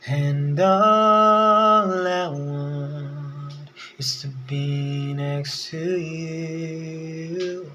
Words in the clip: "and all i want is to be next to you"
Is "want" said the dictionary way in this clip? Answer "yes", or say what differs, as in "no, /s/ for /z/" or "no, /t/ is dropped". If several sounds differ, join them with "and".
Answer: no, /t/ is dropped